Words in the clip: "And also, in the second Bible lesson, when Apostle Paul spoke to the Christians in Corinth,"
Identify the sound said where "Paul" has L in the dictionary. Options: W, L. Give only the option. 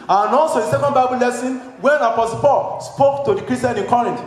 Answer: L